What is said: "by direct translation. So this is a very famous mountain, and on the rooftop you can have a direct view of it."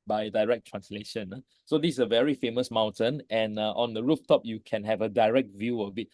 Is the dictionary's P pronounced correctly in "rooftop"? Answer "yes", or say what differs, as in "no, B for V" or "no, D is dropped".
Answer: yes